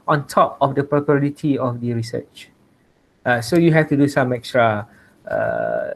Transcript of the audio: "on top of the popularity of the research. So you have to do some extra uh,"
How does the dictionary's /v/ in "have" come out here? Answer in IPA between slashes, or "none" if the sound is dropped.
/f/